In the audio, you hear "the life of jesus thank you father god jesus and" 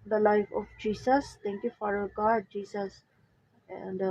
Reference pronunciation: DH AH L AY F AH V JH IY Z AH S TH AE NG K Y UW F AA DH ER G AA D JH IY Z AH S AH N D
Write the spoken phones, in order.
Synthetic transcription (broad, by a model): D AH L AY F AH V JH IY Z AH S T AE NG K Y UW F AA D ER G AA D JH IY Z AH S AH N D